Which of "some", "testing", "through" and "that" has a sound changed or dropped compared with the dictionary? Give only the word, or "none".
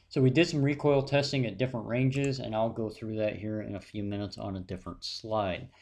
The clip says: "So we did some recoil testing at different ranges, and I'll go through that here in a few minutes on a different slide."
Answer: none